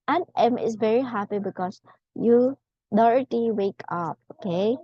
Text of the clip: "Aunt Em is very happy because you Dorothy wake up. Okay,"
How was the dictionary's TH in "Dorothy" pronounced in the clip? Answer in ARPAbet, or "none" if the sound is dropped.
T